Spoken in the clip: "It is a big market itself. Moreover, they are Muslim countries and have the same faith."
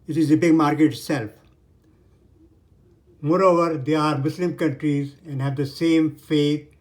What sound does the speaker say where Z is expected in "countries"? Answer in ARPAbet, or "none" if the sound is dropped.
Z